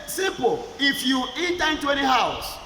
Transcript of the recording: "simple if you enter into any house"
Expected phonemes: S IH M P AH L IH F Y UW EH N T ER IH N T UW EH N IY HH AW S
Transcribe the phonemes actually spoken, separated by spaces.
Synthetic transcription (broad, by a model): S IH M P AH IH F Y UW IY T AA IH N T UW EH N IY HH AW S